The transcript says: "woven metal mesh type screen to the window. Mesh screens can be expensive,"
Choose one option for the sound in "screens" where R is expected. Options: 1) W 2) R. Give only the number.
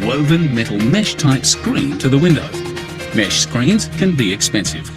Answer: 2